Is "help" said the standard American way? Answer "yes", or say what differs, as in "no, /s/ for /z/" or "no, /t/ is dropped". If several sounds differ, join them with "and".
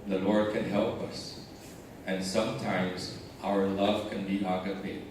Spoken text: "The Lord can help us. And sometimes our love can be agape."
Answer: yes